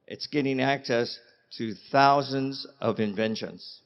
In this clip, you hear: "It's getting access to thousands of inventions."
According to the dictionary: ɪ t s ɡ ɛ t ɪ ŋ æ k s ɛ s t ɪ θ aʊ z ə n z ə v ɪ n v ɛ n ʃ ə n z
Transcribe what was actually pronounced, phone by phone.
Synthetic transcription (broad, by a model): ɪ t s ɡ ɛ t ɪ ŋ æ k s ɛ s t ɪ θ aʊ z ə n z ə v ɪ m v ɛ n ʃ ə n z